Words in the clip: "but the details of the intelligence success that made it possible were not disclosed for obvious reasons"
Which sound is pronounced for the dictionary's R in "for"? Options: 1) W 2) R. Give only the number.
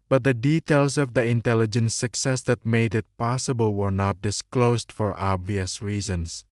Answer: 2